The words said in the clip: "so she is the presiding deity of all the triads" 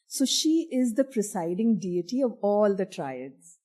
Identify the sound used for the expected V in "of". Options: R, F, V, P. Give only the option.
V